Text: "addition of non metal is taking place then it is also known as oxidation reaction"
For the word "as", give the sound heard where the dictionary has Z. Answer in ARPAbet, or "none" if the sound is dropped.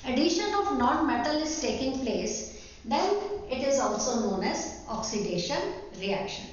Z